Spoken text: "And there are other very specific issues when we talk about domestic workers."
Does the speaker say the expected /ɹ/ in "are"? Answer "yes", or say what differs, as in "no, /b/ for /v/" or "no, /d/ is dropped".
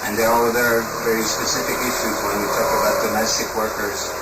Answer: no, /l/ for /ɹ/